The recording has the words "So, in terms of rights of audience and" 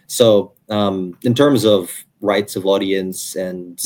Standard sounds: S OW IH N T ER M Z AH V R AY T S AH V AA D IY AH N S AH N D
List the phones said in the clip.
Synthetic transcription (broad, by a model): S OW IH N T ER M Z AH V R AY T S AH V AA D IY AH N S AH N